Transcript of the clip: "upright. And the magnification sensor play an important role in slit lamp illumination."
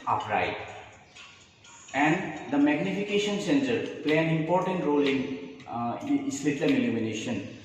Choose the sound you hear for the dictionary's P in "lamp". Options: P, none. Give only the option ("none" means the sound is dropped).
none